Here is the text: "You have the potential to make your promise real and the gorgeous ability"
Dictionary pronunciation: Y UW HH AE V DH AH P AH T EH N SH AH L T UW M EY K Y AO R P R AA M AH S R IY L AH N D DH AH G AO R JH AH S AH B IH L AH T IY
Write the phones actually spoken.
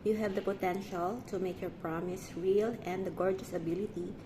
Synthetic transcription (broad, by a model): Y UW HH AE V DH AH P AH T EH N SH AH L T UW M EY K Y AO R P R AA M AH S R IY L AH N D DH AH G AO R JH AH S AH B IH L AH T IY